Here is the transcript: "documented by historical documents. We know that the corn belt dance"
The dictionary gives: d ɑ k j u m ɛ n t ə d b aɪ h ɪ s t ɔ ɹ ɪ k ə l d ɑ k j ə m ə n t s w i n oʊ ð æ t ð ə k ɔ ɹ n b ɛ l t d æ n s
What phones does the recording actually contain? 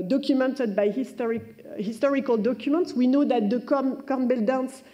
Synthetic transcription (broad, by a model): d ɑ k j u m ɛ n t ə d b aɪ h ɪ s t ɔ ɹ ɪ k ə l d ɑ k j ə m ə n t s w i n oʊ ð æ t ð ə k ɔ ɹ n b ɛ l d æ n s